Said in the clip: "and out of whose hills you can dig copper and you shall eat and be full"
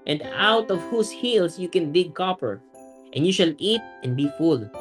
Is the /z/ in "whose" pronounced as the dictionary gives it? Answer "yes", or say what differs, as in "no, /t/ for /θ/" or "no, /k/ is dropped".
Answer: no, /s/ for /z/